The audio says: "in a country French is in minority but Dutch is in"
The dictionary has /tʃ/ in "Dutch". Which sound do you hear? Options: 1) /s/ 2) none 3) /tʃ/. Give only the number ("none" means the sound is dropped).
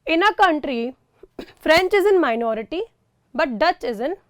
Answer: 3